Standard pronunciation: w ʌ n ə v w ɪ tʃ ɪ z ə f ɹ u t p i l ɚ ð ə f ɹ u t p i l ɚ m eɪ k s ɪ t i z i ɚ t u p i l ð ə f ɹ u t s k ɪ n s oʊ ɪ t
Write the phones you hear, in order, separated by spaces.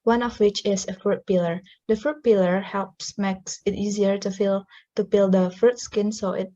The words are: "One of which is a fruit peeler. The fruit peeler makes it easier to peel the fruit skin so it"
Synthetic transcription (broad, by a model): w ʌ n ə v w ɪ tʃ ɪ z ə f ɹ u t p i l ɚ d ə f ɹ u t p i l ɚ m eɪ k s ɪ t i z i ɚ t u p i l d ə f ɹ u t s k ɪ n s oʊ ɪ t